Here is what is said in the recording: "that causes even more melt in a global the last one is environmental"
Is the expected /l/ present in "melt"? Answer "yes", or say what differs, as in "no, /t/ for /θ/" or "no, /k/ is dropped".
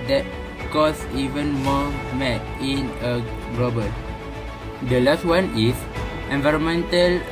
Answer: no, /l/ is dropped